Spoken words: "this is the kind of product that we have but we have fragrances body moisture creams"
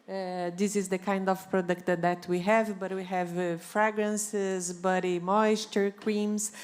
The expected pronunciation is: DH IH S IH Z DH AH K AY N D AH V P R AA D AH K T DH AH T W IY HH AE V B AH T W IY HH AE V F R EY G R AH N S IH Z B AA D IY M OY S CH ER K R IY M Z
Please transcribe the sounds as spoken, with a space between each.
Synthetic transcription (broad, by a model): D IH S IH Z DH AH K AY N D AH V P R AA D AH K T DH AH T W IY HH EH V B AH T W IY HH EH V F R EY G R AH N S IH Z B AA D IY M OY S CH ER K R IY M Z